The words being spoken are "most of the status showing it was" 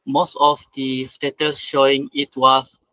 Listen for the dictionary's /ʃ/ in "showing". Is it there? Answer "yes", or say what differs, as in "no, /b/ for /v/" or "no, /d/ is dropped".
yes